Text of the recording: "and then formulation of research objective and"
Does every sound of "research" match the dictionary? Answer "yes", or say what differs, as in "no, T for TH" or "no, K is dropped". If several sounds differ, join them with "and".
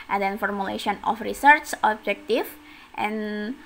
no, S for CH